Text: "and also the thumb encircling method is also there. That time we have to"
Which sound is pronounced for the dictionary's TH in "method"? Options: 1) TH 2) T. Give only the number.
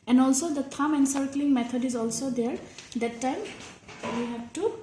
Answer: 2